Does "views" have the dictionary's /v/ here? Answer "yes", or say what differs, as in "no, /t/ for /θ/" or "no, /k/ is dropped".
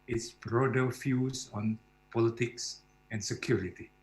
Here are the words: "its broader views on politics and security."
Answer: no, /f/ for /v/